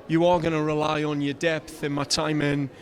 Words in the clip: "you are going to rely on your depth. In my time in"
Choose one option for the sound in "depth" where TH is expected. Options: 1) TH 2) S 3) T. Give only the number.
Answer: 1